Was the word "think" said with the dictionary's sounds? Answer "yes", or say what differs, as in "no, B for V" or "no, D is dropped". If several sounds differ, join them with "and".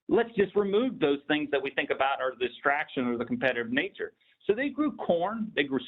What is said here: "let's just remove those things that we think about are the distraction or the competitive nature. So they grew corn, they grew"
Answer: yes